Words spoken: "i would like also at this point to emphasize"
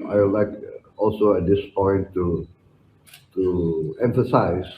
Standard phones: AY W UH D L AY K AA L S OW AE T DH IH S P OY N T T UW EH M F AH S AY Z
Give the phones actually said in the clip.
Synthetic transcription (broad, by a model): AY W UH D L AY K AA L S OW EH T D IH S P OY N T T UW EH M F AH S AY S